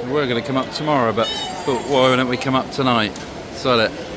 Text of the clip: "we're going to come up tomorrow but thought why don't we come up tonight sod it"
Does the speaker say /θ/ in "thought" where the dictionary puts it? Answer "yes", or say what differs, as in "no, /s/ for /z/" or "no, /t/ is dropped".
no, /f/ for /θ/